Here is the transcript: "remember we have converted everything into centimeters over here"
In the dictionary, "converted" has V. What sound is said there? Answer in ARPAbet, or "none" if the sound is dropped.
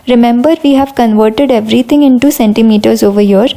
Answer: V